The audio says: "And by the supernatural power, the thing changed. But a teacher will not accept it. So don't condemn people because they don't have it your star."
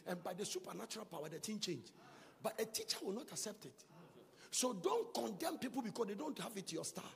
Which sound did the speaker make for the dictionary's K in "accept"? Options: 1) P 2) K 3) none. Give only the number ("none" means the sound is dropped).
2